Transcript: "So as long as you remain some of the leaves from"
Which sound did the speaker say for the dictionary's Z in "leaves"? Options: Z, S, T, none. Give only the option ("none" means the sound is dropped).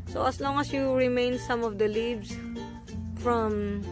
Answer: S